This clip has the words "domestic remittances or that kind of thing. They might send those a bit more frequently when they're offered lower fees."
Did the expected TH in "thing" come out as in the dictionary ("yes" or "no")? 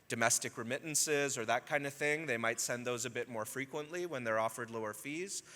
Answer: yes